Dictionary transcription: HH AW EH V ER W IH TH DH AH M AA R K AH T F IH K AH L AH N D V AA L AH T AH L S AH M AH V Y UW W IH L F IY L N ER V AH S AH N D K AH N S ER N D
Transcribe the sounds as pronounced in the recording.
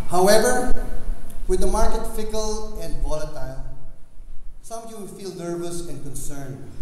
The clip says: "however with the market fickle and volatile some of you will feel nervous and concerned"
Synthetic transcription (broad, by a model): HH AW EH V ER W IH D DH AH M AA R K AH T F IH K AH L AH N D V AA L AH T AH L S AH M AH V Y UW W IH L F IY L N ER V AH S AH N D K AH N S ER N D